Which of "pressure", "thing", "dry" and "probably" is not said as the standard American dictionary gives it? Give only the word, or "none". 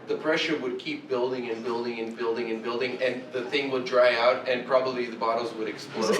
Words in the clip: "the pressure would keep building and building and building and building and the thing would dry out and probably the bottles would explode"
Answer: none